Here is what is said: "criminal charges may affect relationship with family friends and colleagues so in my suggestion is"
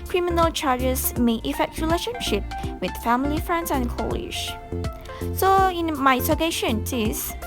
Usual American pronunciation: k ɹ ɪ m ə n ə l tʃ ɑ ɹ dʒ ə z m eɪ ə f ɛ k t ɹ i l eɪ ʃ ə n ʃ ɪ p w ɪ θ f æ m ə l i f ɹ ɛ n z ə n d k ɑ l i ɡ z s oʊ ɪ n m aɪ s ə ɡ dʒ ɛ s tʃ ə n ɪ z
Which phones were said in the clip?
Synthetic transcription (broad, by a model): k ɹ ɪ m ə n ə l tʃ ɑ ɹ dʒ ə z m eɪ ə f ɛ k t ɹ i l eɪ ʃ ə n ʃ ɪ p w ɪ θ f æ m ə l i f ɹ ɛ n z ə n k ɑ l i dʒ s oʊ ɪ n m aɪ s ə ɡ ɛ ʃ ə n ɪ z